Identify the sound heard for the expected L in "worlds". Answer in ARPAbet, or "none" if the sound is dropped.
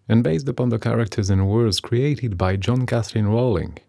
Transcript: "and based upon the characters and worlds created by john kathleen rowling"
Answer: none